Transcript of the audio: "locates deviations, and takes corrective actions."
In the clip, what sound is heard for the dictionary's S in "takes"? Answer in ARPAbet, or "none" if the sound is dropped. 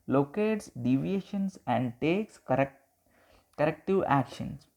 S